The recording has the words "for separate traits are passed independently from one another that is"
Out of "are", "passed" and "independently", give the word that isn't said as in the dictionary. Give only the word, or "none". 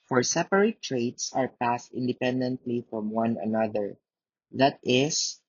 none